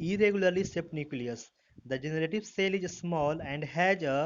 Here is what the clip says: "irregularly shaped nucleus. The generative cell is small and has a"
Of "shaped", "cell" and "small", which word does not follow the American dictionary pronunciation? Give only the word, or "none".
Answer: shaped